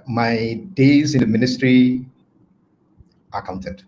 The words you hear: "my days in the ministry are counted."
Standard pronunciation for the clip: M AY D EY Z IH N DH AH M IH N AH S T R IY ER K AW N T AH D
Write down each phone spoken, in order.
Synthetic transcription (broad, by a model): M AY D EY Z IH N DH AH M IH N AH S T R IY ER K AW N T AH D